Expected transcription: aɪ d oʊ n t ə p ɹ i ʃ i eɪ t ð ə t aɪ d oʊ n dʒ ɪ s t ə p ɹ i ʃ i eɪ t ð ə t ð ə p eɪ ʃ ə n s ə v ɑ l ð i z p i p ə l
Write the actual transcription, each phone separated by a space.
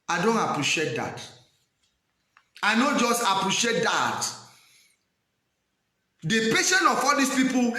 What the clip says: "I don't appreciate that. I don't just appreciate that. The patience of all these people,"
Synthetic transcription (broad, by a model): aɪ d oʊ n t ə p ɹ i ʃ i eɪ t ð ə t aɪ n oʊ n dʒ ɪ s t ə p ɹ i ʃ i eɪ t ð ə t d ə p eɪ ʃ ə n ə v ɑ l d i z p i p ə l